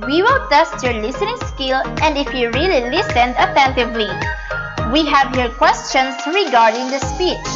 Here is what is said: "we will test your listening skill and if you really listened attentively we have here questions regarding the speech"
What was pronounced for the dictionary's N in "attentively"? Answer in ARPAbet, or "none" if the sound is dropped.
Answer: N